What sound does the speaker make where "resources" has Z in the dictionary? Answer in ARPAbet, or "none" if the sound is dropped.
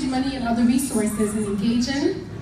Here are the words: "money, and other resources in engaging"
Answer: Z